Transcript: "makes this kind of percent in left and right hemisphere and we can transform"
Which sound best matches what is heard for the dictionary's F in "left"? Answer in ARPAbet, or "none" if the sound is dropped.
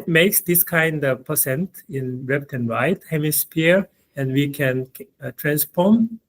P